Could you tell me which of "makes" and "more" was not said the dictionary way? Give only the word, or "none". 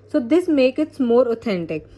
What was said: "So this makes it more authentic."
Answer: makes